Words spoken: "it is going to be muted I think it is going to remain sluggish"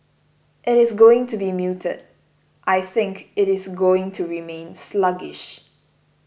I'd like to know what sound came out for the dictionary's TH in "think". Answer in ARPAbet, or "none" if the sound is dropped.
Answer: TH